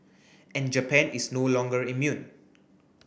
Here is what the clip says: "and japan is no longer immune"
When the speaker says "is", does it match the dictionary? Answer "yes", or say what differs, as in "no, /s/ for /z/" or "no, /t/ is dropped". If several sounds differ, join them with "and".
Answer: no, /s/ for /z/